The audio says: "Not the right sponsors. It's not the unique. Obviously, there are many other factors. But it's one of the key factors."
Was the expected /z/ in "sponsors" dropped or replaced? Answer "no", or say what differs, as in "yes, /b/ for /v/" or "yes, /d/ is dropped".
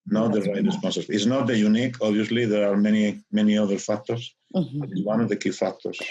yes, /z/ is dropped